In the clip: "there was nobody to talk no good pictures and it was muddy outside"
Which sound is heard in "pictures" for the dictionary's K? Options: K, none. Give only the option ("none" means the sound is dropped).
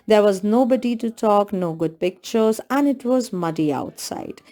K